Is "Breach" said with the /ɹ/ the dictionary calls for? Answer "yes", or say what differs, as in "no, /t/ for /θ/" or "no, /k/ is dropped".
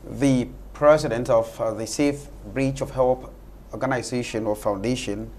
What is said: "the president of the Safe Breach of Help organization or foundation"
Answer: yes